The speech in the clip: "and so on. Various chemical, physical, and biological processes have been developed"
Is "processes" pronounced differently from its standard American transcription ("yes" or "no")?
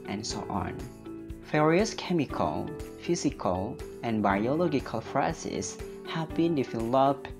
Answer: yes